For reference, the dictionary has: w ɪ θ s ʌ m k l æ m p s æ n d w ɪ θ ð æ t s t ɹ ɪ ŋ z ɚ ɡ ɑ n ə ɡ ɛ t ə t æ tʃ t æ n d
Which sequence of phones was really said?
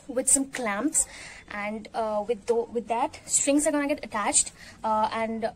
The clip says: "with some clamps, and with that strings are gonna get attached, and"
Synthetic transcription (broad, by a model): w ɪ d s ʌ m k l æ m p s æ n d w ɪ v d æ t s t ɹ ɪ ŋ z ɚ ɡ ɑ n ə ɡ ɛ t ə t æ tʃ t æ n d